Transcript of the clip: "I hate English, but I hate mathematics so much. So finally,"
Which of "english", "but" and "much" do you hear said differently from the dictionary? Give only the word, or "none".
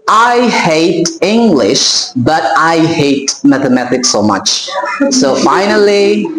none